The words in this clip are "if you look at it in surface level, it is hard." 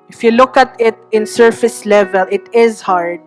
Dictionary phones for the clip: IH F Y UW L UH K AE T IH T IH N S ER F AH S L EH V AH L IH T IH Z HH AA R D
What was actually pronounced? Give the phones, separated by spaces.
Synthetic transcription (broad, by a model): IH F Y UW L UH K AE T IH T IH N S ER F AH S L EH V AH L IH T IH Z HH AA R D